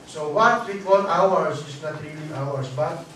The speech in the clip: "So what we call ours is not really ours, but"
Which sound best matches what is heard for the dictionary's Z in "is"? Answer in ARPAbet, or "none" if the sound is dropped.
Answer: S